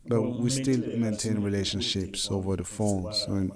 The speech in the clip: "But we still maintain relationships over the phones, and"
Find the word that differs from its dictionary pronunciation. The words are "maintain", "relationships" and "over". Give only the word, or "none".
none